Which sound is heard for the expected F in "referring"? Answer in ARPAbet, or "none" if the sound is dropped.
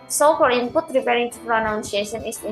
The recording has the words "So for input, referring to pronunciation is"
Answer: P